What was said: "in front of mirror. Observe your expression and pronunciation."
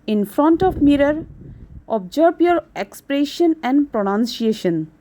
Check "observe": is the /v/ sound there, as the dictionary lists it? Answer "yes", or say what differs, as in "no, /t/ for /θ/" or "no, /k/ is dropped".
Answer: no, /b/ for /v/